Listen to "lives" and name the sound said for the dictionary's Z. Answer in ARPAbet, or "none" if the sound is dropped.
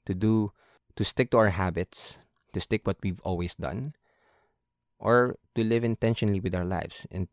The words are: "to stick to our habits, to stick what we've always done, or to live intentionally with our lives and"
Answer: S